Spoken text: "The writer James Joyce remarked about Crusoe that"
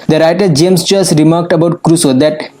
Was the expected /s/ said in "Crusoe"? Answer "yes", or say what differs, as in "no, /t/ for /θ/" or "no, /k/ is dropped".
yes